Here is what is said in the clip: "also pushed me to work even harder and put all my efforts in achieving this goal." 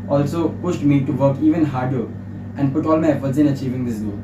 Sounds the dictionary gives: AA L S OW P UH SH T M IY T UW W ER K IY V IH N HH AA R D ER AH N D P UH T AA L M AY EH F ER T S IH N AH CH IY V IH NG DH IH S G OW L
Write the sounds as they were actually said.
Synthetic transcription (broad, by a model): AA L S OW P UH SH T M IY T UW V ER K IY V IH N HH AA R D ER AH N D P UH T AA L M AY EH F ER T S IH N AH CH IY V IH NG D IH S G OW